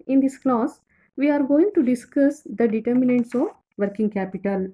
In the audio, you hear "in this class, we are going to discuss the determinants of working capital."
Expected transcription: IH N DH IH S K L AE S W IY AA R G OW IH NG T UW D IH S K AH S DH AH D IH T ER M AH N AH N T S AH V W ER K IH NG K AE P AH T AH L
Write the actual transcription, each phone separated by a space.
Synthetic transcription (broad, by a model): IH N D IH S K L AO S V IY AA R G OW IH NG T UW D IH S K AH S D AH D IH T ER M AH N AH N T S AH V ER K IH NG K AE P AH T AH L